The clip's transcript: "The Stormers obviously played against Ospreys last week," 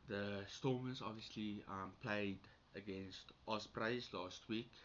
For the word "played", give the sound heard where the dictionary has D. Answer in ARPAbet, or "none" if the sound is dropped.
D